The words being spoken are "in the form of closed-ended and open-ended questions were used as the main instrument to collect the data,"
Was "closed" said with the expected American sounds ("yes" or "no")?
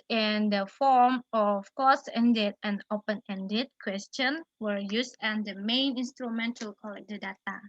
no